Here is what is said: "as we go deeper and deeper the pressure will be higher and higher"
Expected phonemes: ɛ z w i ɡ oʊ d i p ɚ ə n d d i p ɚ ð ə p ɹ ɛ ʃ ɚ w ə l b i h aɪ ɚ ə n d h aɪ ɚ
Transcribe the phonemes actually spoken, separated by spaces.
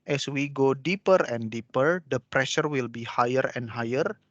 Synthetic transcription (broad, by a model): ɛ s w i ɡ oʊ d i p ɚ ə n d d i p ɚ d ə p ɹ ɛ ʃ ɚ w ə l b i h aɪ ɚ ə n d h aɪ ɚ